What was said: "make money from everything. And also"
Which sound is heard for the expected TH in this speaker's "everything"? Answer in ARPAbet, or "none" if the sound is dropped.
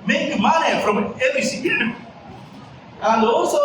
S